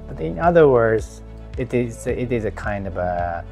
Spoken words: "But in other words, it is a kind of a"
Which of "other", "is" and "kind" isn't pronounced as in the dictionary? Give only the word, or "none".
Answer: none